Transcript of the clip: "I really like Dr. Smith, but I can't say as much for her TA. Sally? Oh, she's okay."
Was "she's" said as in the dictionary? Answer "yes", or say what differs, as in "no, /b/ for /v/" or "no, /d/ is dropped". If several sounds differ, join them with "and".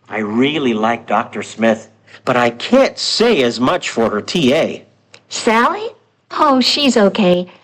yes